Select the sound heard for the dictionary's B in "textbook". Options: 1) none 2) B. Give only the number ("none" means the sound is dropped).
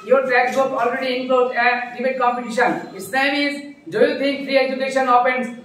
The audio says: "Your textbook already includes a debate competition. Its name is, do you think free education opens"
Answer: 1